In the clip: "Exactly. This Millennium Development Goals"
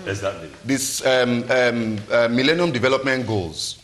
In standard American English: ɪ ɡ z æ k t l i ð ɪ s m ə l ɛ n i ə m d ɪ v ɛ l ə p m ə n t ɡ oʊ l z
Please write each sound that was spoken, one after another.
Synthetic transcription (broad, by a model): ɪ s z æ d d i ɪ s m ə l ɛ n i ə m d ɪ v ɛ l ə p m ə n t ɡ oʊ l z